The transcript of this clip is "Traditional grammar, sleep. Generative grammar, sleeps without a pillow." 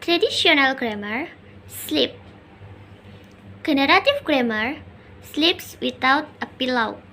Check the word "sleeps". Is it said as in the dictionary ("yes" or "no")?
yes